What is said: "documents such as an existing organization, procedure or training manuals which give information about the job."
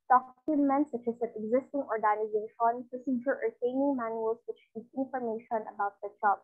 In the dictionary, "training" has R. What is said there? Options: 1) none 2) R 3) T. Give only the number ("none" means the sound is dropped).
1